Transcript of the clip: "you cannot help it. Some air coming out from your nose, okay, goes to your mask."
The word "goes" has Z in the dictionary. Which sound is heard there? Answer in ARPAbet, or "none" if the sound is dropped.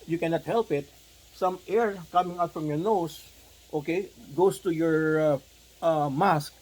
S